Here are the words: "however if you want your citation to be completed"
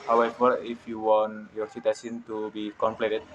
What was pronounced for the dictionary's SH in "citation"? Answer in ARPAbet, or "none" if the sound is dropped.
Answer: S